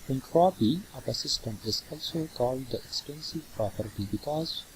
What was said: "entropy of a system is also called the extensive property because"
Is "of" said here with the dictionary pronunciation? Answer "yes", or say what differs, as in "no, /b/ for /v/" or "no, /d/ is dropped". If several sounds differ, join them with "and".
no, /p/ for /v/